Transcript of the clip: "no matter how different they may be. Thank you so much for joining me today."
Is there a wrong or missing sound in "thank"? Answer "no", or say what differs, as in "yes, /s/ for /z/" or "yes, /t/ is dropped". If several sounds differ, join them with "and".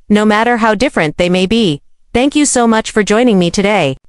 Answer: no